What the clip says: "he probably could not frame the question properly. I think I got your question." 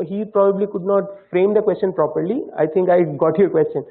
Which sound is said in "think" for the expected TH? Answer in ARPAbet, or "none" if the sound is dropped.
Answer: T